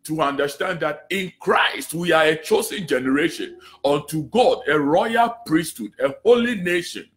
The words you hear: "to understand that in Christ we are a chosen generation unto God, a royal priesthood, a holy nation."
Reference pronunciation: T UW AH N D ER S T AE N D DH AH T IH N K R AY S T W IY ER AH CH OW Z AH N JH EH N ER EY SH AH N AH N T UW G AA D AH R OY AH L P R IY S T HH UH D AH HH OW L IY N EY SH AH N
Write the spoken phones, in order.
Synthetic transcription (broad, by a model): T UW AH N D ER S T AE N D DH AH T IH N K R AY S T W IY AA AH CH OW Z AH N JH EH N ER EY SH AH N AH N T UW G AA D AH R OY AH L P R IY S T HH UH D AH HH OW L IY N EY SH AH N